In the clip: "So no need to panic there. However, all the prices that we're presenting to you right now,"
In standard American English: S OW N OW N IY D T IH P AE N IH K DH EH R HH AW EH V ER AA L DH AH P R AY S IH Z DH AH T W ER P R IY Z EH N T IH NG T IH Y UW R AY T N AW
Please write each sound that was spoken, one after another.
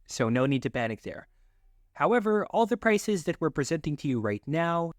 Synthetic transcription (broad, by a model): S OW N OW N IY D T IH B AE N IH K DH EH R HH AW EH V ER AA L DH AH P R AY S IH Z DH AH T W ER P R IY Z EH N T IH NG T IH Y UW R AY T N AW